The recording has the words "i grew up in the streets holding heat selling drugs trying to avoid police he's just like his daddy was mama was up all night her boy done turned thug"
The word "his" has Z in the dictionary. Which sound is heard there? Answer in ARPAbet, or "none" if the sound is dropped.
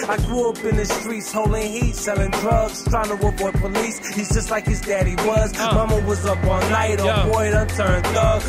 Z